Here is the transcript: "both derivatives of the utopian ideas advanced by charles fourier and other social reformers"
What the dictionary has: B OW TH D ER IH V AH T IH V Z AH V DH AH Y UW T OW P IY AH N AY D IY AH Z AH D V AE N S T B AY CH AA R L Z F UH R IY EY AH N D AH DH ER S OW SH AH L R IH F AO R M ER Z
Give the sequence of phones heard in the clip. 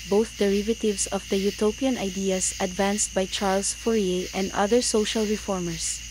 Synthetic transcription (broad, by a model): B OW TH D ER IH V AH T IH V S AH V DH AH Y UW T OW P IY AH N AY D IY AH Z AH D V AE N S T B AY CH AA R L S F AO R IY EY AH N D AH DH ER S OW SH AH L R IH F AO R M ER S